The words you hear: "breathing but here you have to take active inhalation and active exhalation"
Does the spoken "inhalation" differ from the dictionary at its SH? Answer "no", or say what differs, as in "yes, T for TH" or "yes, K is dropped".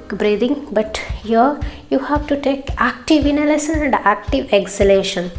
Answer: yes, S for SH